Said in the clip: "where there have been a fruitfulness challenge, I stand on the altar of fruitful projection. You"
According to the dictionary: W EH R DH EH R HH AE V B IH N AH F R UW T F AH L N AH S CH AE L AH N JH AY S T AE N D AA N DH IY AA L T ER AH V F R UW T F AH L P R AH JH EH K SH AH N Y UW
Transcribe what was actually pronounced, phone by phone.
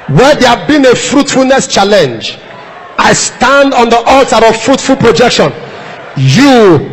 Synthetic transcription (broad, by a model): W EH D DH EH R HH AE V B IH N AH F R UW T F AH L N AH S CH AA L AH N JH AY S T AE N D AA N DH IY AA L T ER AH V F R UW T F AH L P R AH JH EH K SH AH N Y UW